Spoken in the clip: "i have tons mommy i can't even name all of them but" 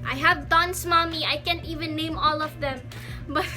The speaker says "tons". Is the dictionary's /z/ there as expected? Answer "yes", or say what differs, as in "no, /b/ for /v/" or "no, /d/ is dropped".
no, /s/ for /z/